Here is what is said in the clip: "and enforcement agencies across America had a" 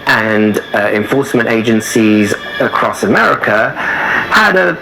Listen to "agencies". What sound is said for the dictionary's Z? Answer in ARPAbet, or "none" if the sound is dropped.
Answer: Z